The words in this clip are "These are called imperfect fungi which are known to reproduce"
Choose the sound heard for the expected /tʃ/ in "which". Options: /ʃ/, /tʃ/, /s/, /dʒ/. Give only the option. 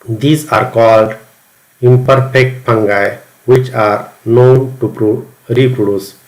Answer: /tʃ/